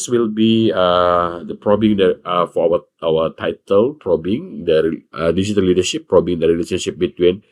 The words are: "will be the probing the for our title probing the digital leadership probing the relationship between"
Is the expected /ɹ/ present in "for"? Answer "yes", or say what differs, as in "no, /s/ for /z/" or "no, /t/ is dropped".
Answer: no, /w/ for /ɹ/